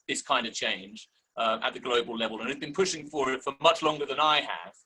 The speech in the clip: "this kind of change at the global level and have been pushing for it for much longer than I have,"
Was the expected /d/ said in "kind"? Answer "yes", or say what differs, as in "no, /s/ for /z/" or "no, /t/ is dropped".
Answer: yes